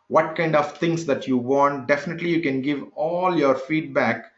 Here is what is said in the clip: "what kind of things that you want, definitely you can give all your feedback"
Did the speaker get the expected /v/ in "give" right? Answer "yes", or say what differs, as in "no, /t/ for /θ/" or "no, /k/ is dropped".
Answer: yes